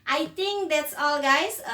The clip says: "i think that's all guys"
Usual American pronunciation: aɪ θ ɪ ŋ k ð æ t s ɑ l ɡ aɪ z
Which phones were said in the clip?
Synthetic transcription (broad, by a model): aɪ t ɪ ŋ k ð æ t s ɑ l ɡ aɪ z